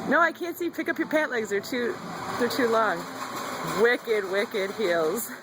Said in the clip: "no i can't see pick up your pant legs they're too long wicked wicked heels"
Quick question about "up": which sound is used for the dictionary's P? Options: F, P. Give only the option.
P